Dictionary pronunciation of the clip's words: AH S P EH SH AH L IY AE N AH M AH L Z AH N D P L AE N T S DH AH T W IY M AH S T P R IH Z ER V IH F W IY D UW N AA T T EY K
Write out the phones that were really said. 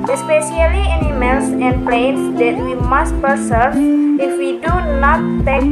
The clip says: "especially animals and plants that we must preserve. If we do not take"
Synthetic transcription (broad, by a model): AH S P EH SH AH L IY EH N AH M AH L S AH N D P L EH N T S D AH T W IY M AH S T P IH S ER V IH F W IY D UW N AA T T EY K